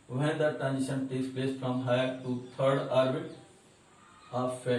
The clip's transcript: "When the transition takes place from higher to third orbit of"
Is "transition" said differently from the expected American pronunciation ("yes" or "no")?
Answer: yes